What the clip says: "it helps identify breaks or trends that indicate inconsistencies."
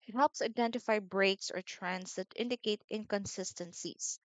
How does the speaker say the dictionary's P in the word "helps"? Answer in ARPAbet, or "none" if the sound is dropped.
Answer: P